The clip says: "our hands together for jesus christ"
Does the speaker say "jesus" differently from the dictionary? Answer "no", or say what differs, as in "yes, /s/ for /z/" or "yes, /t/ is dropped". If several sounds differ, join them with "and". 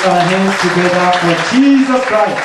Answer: no